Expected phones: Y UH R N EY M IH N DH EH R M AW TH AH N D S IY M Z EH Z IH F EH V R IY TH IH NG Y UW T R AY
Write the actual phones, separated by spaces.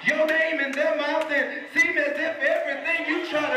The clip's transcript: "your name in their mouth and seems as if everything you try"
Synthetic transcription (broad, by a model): Y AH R N EY M IH N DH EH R M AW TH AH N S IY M IH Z IH F EH V R IY TH IH NG Y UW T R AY